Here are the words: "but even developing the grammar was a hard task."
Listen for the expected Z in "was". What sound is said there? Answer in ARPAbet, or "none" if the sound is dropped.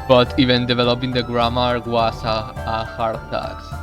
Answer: S